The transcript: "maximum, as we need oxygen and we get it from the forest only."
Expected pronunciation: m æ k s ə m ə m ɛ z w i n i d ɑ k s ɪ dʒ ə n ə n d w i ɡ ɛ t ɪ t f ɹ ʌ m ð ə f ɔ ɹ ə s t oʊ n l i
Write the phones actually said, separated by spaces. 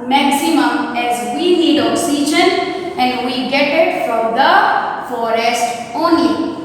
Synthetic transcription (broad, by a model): m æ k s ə m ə m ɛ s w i n i d ɑ k s ɪ dʒ ə n ə n d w i ɡ ɛ t ɪ t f ɹ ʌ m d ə f ɔ ɹ ə s t oʊ n l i